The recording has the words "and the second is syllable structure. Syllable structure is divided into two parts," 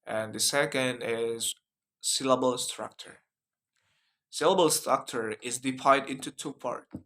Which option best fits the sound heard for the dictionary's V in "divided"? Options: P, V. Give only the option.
P